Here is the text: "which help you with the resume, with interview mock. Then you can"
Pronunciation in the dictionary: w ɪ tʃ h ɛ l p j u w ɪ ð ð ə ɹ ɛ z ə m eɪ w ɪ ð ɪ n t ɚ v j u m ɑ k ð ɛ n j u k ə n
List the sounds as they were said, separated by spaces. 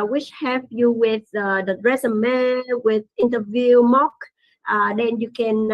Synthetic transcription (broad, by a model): w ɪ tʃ h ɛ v j u w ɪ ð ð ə ɹ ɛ s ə m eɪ w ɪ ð ɪ n t ɚ v j u m ɑ k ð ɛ n j u k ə n